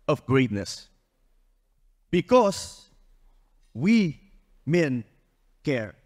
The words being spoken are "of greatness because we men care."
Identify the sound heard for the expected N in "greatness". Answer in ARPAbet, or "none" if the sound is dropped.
N